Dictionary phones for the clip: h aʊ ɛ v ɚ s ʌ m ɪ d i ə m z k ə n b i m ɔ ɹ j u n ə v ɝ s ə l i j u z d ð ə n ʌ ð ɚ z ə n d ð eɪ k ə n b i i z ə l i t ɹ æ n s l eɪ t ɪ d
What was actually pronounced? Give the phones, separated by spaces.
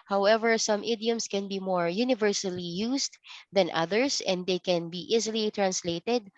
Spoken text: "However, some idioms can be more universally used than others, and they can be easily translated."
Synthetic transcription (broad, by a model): h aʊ ɛ v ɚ s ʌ m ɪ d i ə m s k ə n b i m ɔ ɹ j u n ə v ɝ s ə l i j u s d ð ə n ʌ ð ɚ s ə n d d eɪ k ə n b i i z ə l i t ɹ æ n s l eɪ t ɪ d